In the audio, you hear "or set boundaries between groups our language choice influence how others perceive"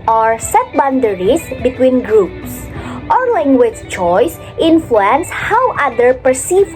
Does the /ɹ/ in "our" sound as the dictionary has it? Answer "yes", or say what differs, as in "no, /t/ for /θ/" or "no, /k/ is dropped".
yes